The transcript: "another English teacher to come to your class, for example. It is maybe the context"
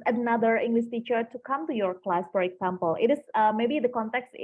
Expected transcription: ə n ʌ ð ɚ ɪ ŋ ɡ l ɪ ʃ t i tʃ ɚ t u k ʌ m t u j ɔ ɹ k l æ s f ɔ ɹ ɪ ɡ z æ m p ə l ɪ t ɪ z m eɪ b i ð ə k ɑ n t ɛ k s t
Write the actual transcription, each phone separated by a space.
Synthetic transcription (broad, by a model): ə n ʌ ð ɚ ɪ ŋ ɡ l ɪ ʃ t i tʃ ɚ t u k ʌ m t u j ɔ ɹ k l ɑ s f ɔ ɹ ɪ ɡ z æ m p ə l ɪ t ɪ s m eɪ b i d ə k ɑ n t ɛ k s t